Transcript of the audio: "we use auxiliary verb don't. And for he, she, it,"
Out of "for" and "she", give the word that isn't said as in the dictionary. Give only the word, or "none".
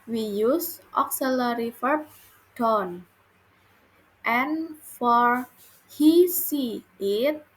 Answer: she